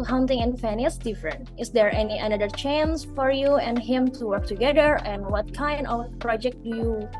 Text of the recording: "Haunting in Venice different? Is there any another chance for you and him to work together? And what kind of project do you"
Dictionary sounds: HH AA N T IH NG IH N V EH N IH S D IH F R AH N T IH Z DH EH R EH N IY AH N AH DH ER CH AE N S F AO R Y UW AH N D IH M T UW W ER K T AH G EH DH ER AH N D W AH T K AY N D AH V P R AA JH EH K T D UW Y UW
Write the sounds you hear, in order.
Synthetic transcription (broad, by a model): HH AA N T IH NG IH N F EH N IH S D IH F R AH N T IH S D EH R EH N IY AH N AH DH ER CH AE N S F AO R Y UW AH N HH IH M T UW W ER K T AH G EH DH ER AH N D W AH T K AY N D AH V P R AA JH EH K T D UW Y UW